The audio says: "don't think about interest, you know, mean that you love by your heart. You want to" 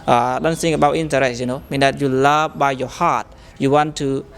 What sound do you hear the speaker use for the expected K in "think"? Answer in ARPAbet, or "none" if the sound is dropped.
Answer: none